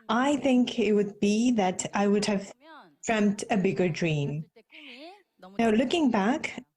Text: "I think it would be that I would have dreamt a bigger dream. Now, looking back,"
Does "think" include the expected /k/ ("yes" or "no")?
yes